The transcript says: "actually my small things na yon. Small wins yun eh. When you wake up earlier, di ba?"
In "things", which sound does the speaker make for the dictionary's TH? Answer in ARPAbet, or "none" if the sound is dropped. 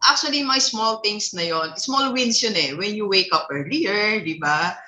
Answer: T